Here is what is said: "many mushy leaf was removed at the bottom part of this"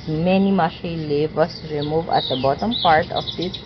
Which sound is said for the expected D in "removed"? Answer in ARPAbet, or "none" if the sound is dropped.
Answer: none